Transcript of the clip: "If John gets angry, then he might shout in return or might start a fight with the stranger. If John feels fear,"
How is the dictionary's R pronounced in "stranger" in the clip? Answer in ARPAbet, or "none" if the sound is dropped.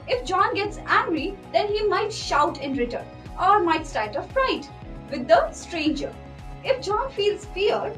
R